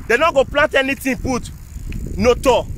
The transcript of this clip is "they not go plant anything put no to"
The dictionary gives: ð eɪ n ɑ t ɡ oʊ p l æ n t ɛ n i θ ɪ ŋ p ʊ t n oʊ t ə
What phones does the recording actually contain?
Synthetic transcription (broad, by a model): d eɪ n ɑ ɡ oʊ p l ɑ n t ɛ n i t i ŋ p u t n oʊ t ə